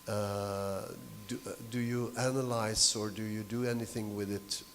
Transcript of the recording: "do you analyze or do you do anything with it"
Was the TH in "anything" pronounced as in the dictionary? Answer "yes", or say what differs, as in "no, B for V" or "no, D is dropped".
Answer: yes